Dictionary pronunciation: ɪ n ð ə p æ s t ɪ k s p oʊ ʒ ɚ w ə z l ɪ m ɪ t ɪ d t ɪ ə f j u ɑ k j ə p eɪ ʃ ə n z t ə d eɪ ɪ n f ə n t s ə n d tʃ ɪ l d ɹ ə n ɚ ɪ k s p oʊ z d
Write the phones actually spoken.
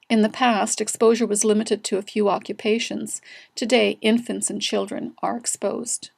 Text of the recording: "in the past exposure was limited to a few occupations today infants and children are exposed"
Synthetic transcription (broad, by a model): ɪ n ð ə p æ s t ɪ k s p oʊ ʒ ɚ w ə z l ɪ m ɪ t ɪ d t ɪ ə f j u ɑ k j ə p eɪ ʃ ə n z t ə d eɪ ɪ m f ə n t s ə n tʃ ɪ l d ɹ ə n ɚ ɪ k s p oʊ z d